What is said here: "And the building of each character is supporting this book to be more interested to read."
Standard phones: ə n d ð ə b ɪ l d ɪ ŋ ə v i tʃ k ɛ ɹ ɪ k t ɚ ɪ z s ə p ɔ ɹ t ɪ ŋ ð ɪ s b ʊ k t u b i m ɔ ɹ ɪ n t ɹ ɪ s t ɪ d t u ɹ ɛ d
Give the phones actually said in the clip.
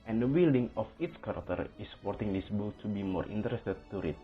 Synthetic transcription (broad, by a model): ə n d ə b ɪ l d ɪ ŋ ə f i s k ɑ ɹ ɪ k t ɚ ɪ s ə p ɔ ɹ t ɪ ŋ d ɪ s b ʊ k t u b i m ɔ ɹ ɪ n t ɹ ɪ s t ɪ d t u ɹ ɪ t